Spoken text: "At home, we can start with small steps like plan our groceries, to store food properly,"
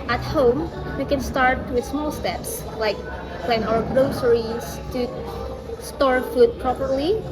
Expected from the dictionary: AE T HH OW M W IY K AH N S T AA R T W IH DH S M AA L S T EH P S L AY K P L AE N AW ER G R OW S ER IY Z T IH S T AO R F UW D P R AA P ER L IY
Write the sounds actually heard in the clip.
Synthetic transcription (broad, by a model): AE T HH OW M W IY K AH N S T AA R T W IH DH S M AA L S T EH P S L AY K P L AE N AW ER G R OW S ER IY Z T IH S T AO R F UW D P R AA P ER L IY